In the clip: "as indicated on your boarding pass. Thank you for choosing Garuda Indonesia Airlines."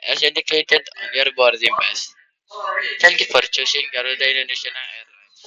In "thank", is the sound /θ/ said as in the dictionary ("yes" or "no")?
no